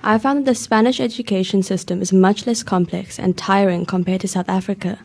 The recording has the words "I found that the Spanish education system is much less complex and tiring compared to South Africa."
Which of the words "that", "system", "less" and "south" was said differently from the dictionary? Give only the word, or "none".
none